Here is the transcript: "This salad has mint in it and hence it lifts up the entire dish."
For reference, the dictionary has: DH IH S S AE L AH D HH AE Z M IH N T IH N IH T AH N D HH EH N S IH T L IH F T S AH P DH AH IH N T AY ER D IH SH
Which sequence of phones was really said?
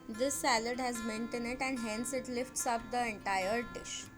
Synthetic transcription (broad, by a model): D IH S S AE L AH D HH AE Z M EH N T IH N IH T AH N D HH EH N S IH T L IH F T S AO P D AH IH N T AY ER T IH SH